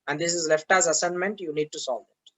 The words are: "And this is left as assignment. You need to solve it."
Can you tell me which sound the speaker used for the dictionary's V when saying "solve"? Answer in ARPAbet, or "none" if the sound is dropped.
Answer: none